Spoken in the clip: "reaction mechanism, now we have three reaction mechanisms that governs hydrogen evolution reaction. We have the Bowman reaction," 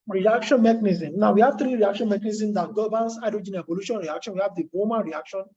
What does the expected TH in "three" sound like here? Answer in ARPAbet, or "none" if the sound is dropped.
T